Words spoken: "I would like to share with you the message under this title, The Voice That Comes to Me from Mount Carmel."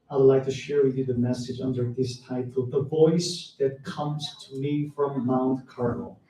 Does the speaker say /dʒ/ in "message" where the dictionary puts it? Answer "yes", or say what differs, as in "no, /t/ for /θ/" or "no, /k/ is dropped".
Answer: yes